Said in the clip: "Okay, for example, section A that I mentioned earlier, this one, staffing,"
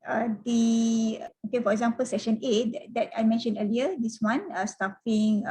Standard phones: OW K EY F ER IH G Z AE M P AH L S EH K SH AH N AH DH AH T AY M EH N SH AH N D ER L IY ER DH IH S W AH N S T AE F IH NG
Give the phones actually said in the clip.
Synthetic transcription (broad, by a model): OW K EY F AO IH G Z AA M P AH L S EH K SH AH N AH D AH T AY M EH N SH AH N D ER L IY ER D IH S W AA N S T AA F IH NG